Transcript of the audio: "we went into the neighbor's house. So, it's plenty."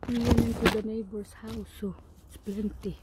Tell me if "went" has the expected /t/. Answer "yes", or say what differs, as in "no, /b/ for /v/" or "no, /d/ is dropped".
no, /t/ is dropped